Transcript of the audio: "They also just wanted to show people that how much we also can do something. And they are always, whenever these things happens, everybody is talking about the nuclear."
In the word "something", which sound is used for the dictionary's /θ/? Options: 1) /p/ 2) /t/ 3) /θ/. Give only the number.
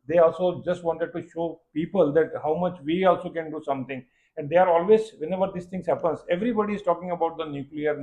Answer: 2